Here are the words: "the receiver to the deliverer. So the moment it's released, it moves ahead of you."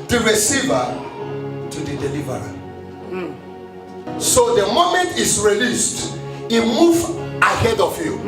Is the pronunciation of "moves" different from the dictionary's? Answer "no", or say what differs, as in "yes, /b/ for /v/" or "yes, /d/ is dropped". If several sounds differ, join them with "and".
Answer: yes, /z/ is dropped